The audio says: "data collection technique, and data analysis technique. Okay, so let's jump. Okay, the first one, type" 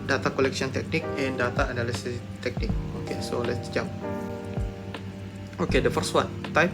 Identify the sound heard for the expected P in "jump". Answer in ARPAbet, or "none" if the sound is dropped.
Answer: none